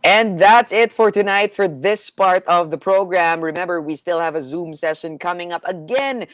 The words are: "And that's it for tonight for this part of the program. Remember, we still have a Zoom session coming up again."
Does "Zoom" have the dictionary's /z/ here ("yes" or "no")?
yes